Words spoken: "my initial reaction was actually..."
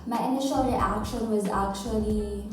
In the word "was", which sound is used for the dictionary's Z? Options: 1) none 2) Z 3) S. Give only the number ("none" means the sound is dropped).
2